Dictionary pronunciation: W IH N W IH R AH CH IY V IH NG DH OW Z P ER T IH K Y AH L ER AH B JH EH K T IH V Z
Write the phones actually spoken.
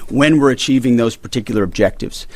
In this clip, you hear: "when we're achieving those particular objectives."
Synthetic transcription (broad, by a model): W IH N W IH R AH CH IY V IH NG DH OW Z P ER T IH K Y L ER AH B JH EH K T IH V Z